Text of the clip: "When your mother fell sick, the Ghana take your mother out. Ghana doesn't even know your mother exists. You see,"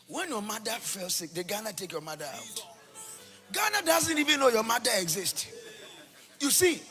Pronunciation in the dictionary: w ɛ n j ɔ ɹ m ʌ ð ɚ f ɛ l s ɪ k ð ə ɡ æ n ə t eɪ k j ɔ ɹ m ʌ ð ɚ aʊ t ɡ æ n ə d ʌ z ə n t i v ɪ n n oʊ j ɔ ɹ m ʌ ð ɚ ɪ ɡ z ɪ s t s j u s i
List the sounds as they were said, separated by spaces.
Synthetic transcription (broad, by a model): w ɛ n j ɔ m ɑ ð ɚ f ɛ l s ɪ k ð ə ɡ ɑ n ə t eɪ k j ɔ m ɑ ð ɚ aʊ t ɡ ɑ n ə d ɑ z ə n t i v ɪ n n oʊ j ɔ m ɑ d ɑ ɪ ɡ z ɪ s t j u s i